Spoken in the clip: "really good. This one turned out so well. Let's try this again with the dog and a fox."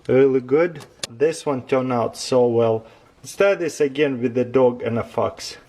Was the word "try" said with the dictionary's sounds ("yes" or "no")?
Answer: no